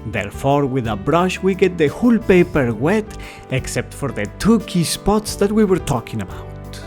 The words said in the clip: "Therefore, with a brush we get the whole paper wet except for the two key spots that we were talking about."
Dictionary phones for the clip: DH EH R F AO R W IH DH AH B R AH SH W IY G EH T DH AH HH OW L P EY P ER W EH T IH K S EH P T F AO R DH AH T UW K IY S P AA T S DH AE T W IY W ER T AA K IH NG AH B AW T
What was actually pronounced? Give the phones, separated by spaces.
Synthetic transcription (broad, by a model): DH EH R F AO R W IH DH AH B R AH SH W IY G EH T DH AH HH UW L P EY P ER W EH T IH K S EH P T F AO R DH AH T UW K IY S P AA T S DH AE T W IY W ER T AA K IH NG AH B AW T